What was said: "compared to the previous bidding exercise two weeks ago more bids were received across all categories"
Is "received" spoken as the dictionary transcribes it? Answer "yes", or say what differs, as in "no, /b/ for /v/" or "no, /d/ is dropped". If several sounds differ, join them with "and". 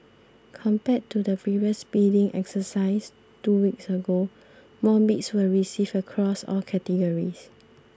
no, /d/ is dropped